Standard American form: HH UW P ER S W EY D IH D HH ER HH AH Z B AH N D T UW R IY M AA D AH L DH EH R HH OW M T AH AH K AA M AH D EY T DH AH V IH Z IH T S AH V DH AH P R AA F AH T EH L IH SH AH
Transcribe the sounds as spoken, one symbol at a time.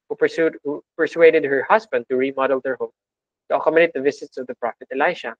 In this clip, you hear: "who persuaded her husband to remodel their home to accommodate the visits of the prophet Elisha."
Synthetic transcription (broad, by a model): HH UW P ER S W EY D IH D HH ER HH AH S B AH N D T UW R IY M AA D AH L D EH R HH OW M T AH AH K AA M AH D EY T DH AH V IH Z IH T S AH V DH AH P R AA F AH T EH L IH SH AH